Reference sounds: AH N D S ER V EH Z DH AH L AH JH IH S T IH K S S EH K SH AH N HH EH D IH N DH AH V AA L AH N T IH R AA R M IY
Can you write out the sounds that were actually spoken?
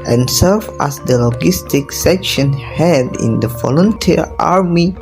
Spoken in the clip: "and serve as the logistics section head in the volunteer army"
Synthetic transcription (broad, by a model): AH N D S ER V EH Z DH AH L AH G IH S T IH K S S EH K SH AH N HH EH D IH N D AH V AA L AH N T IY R AA R M IY